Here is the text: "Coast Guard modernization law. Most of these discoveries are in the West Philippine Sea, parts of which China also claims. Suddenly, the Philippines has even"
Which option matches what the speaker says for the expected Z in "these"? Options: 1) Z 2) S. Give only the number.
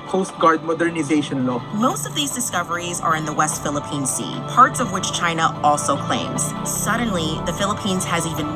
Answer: 1